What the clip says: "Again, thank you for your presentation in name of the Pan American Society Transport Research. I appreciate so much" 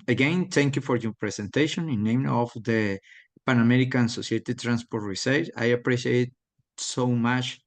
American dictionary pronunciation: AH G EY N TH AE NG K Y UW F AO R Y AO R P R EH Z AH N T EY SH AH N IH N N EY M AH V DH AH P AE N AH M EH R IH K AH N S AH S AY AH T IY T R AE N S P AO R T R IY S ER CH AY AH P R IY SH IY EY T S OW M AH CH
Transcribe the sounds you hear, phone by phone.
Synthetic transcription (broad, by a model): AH G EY N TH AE NG K Y UW F AO R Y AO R P R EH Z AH N T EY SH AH N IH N N EY M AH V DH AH P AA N AH M EH R IH K AH N S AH S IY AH T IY T R AE N S P AO R T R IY S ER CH AY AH P R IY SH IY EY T S OW M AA CH